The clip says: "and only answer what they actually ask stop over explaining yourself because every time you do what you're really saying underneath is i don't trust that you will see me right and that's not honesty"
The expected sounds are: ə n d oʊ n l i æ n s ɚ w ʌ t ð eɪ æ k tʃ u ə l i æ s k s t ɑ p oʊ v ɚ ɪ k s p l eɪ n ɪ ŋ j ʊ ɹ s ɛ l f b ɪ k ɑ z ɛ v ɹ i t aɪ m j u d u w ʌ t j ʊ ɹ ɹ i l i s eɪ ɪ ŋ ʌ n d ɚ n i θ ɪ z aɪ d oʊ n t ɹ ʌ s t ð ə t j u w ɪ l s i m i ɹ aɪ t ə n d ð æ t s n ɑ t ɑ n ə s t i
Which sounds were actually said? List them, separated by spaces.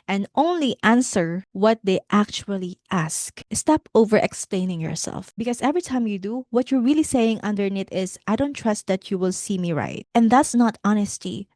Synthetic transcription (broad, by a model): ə n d oʊ n l i æ n s ɚ w ʌ t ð eɪ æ k tʃ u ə l i æ s k s t ɑ p oʊ v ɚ ɪ k s p l eɪ n ɪ ŋ j ʊ ɹ s ɛ l f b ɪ k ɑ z ɛ v ɹ i t aɪ m j u d u w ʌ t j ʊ ɹ ɹ i l i s eɪ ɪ ŋ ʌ n d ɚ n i t ɪ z aɪ d oʊ n t ɹ ʌ s t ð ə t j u w ɪ l s i m i ɹ aɪ t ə n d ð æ t s n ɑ t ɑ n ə s t i